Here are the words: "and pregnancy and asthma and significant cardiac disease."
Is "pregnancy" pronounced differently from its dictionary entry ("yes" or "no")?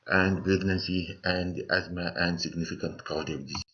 yes